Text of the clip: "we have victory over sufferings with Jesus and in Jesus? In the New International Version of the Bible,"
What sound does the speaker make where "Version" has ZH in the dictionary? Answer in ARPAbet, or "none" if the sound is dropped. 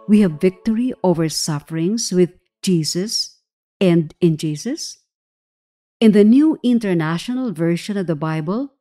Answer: SH